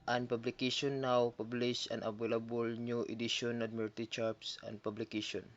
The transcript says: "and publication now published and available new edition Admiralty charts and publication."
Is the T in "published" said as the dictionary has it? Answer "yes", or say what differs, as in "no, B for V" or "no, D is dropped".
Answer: no, T is dropped